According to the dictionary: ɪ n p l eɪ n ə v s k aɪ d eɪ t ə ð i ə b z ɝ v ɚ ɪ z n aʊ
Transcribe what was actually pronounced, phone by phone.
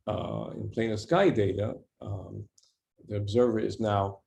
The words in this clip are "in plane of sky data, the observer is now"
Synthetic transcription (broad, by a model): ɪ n p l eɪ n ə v s k aɪ d eɪ t ə ð i ə b z ɝ v ɚ ɪ z n aʊ